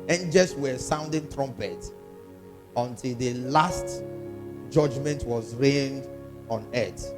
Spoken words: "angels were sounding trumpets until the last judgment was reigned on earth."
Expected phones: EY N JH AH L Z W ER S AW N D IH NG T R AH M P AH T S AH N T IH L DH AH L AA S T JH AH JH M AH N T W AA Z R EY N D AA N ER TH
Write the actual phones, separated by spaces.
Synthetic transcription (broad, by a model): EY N JH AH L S W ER S AW N D IH NG T R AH M P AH T AH N T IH L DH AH L AA S T JH AH JH M AH N T W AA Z R EY N D AA N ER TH